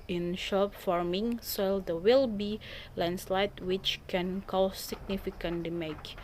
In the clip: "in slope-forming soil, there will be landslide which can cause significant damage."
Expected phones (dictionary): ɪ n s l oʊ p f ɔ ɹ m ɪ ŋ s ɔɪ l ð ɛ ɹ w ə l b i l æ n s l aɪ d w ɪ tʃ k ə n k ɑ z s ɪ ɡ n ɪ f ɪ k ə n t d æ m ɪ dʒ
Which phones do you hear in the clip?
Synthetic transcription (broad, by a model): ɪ n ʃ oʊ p f ɔ ɹ m ɪ ŋ s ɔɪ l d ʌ w ə l b i l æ n s l aɪ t w ɪ tʃ k ə n k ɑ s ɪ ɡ n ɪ f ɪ k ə n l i m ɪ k